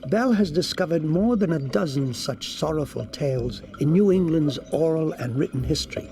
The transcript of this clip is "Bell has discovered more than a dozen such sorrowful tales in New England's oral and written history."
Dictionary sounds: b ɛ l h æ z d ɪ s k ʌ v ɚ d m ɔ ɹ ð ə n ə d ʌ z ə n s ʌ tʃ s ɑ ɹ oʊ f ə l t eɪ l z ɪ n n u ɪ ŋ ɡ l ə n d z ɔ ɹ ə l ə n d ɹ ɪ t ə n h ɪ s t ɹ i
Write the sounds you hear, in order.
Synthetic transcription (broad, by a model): b ɛ l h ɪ z d ɪ s k ʌ v ɚ d m ɔ ɹ ð ə n ə d ʌ z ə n s ʌ tʃ s ɑ ɹ oʊ f ə l t eɪ l z ɪ n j u ɪ ŋ ɡ l ə n d z ɔ ɹ l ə n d ɹ ɪ t n h ɪ s t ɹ i